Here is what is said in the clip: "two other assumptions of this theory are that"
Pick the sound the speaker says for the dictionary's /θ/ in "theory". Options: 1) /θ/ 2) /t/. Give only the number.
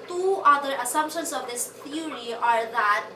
2